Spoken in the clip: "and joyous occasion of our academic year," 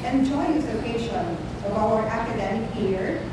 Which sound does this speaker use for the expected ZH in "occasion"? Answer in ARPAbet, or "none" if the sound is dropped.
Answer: SH